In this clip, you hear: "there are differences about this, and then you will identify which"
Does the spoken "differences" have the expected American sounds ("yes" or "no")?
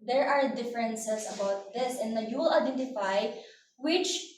no